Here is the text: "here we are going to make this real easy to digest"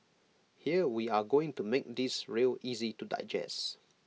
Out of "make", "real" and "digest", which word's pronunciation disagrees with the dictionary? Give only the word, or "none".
digest